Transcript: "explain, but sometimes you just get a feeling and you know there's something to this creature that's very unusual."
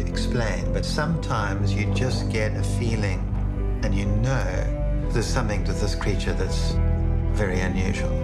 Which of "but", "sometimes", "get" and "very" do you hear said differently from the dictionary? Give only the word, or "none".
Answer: none